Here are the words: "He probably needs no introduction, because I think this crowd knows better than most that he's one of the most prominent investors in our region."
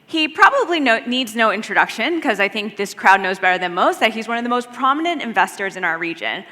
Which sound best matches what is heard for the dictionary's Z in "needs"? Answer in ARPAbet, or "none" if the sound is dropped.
Z